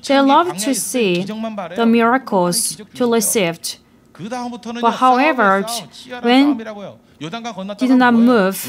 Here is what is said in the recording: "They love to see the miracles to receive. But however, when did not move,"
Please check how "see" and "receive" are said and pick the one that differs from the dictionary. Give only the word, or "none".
receive